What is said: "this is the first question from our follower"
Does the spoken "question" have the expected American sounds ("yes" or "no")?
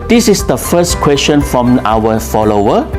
no